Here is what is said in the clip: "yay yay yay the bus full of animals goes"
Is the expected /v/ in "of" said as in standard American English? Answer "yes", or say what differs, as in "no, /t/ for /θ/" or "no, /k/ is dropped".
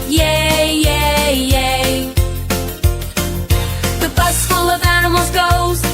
yes